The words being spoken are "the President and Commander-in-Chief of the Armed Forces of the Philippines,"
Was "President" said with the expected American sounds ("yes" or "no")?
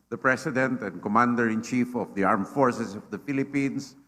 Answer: no